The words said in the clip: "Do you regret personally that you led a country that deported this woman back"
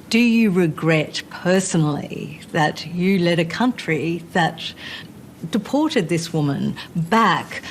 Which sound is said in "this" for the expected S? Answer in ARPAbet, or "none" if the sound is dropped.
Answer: S